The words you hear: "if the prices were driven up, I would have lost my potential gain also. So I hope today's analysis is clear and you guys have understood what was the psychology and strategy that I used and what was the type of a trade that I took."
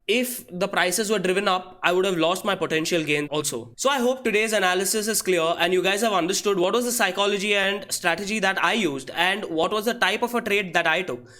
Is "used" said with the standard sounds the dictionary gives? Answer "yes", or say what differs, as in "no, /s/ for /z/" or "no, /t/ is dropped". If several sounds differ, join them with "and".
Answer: yes